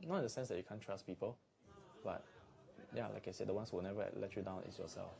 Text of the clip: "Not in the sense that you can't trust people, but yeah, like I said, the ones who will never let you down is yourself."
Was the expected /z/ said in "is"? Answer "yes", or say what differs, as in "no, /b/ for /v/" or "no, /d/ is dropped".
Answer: no, /s/ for /z/